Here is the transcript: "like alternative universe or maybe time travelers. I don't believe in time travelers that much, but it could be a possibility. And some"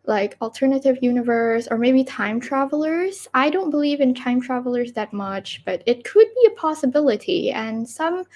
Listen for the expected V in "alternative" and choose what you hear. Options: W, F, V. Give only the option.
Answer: V